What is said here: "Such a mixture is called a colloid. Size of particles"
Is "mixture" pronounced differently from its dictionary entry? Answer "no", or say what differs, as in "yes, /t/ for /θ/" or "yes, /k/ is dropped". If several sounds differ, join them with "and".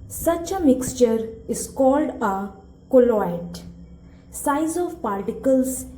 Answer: no